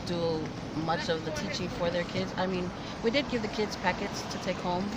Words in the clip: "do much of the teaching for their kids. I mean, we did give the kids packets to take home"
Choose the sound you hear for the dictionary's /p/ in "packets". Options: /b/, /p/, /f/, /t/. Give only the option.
/p/